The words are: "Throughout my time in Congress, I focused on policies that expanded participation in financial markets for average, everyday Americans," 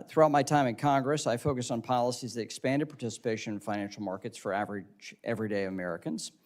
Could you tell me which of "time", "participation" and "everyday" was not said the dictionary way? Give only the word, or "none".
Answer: participation